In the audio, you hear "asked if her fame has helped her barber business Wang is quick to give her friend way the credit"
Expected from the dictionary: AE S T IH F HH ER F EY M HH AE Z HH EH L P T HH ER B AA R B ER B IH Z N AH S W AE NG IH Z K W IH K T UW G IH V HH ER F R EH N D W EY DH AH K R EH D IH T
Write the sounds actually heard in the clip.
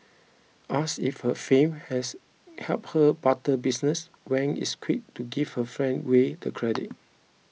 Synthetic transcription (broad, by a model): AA S IH F HH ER F EY M HH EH S HH EH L P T HH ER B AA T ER B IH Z N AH S W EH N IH S K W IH K T UW G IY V HH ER F R EH N D W EY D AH K R EH D IH T